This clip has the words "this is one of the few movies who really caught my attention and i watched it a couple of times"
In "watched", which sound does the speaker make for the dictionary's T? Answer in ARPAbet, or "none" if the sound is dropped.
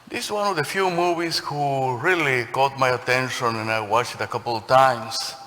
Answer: none